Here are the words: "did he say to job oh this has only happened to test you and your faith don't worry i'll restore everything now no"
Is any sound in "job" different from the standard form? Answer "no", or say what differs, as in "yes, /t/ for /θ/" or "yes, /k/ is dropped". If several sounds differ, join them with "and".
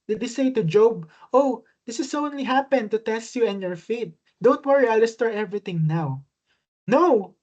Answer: no